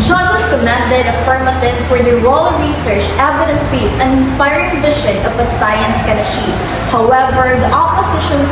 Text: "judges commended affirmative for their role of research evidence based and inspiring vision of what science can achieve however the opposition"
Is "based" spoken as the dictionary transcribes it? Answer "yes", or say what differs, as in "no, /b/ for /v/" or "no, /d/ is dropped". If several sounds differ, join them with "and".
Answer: no, /t/ is dropped